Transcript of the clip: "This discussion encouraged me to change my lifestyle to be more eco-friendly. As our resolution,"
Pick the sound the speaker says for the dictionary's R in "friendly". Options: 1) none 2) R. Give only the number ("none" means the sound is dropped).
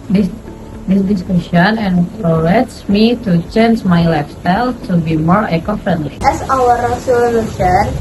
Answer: 1